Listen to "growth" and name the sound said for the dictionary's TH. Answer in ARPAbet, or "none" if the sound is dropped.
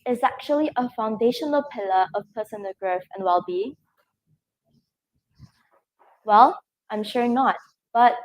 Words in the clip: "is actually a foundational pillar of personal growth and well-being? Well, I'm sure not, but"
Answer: F